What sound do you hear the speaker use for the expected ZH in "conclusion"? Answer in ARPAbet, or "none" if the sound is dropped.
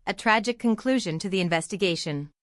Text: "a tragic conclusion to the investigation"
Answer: ZH